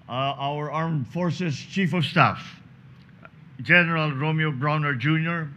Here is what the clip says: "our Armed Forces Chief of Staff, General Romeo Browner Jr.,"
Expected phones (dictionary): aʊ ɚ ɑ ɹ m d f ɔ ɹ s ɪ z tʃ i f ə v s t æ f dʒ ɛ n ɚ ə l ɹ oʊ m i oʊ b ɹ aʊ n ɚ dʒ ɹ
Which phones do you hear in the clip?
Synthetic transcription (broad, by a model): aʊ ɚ ɑ ɹ m d f ɔ ɹ s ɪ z tʃ i f ə v s t æ f dʒ ɛ n ɚ ə l ɹ oʊ m i oʊ b ɹ aʊ n ɚ dʒ ɹ